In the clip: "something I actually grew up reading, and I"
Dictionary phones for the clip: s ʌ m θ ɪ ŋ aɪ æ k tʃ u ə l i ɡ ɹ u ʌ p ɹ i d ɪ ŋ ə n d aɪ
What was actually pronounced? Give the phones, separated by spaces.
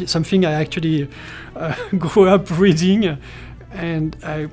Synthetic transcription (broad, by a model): s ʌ m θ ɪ ŋ aɪ æ k tʃ u ə l i ɡ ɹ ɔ ʌ p ɹ i d ɪ ŋ ə n d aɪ